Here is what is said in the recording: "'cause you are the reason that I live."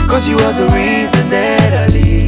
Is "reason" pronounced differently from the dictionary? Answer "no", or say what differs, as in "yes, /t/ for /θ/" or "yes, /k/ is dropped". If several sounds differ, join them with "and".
no